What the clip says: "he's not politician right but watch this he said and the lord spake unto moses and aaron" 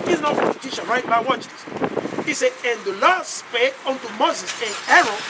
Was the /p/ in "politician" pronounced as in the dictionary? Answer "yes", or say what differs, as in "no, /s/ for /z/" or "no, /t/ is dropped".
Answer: no, /f/ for /p/